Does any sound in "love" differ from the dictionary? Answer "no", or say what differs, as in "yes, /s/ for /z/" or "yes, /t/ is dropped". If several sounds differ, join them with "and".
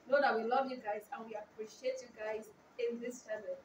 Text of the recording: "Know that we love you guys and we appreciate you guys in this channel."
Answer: no